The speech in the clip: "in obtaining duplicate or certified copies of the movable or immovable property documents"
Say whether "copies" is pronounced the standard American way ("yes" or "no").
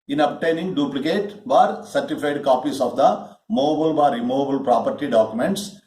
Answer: no